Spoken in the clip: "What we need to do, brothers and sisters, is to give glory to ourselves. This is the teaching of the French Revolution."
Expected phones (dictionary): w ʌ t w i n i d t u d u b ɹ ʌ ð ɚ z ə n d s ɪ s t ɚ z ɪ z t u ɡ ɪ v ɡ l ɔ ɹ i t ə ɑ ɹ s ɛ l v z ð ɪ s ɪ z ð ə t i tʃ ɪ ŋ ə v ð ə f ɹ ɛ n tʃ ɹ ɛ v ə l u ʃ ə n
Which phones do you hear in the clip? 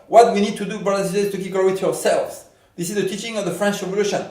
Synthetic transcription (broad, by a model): w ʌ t w i n i d t u d u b ʌ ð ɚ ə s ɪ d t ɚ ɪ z t u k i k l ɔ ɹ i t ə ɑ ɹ s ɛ l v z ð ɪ s ɪ z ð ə t i tʃ ɪ ŋ ə v ð ə f ɹ ɛ n tʃ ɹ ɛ v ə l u ʃ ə n